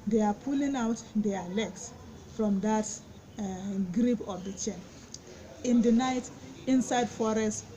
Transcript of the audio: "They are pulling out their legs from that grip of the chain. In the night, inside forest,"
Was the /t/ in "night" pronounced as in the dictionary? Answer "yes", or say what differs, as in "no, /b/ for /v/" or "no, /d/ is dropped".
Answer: yes